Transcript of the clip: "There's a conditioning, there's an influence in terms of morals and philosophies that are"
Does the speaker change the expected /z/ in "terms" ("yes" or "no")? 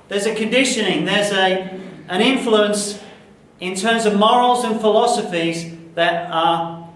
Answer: no